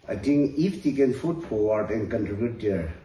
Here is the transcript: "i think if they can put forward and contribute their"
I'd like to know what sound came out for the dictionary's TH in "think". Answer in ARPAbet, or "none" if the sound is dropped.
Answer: T